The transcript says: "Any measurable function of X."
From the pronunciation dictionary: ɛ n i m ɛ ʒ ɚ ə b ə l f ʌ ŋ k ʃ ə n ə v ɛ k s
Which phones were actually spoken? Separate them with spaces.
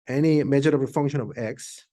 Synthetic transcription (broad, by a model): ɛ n i m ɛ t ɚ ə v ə f ʌ ŋ k ʃ ə n ə v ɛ k s